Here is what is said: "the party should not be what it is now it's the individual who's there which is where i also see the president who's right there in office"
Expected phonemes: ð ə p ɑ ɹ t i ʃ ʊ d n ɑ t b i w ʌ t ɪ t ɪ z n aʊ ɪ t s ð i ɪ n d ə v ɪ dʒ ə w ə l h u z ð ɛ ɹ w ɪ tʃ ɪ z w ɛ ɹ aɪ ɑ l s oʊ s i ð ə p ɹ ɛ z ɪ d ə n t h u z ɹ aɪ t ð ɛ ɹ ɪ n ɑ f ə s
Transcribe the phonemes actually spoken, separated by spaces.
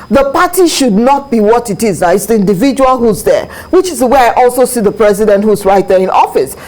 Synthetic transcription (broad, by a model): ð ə p ɑ t i ʃ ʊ d n ɑ t b i w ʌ t ɪ t ɪ z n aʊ ɪ t s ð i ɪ n d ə v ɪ dʒ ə w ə l h u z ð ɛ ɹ w ɪ tʃ ɪ z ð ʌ w aɪ ɑ l s oʊ s i ð ə p ɹ ɛ z ɪ d ə n t h u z ɹ aɪ t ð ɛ ɹ ɪ n ɑ f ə s